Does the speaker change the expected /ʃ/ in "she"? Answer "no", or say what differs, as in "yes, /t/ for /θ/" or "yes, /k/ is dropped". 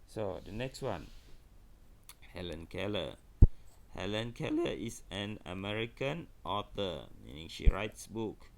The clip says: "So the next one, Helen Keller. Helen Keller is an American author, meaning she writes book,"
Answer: no